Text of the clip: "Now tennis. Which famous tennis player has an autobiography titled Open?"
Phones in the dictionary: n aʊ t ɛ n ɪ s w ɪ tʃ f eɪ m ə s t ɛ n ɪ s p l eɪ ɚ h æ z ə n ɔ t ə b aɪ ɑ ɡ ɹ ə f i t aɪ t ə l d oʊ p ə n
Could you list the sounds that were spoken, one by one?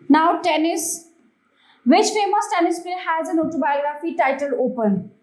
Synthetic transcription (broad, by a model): n aʊ t ɛ n ɪ s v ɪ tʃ f eɪ m ə s t ɛ n ɪ s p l h æ z ə n ɔ t ə b aɪ ɑ ɡ ɹ ə f i t aɪ t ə l oʊ p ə n